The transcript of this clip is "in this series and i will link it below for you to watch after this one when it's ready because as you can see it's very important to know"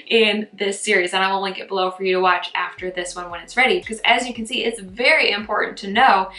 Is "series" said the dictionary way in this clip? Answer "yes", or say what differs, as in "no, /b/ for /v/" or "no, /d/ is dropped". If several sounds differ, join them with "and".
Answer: yes